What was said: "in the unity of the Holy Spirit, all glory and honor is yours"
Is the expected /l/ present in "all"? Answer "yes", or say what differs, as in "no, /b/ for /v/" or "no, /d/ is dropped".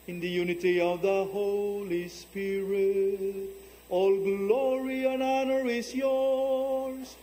yes